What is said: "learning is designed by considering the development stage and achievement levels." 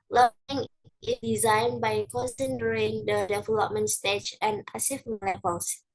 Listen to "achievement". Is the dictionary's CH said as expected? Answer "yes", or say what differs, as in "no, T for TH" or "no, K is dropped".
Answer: no, S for CH